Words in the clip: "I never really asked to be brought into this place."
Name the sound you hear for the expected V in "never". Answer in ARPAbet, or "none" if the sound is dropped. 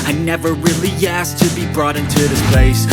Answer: V